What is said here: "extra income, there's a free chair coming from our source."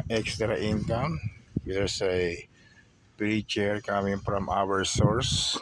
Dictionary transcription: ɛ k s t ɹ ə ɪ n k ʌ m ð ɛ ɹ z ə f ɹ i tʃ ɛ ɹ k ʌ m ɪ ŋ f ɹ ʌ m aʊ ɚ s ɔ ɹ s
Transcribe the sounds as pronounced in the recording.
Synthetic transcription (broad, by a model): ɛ k s t ɹ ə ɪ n k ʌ m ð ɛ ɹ s ə p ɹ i tʃ ɛ ɹ k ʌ m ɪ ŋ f ɹ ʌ m aʊ ɚ s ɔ ɹ s